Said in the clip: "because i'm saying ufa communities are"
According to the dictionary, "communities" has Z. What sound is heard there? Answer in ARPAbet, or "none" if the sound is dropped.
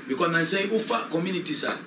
S